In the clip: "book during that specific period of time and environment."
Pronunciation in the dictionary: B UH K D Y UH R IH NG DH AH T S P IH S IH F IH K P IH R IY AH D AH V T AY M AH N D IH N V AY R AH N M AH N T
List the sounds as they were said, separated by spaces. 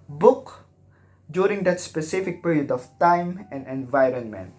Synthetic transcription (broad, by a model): B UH K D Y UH R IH NG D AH T S P IH S IH F IH K P IH R IY AH D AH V T AY M AH N D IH N V AY R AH N M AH N T